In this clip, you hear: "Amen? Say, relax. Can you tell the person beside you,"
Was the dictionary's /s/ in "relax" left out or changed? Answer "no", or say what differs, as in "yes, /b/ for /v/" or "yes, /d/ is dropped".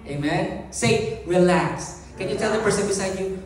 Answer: no